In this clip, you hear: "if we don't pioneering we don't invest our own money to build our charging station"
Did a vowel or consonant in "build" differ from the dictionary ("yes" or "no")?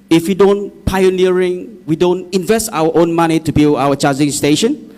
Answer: yes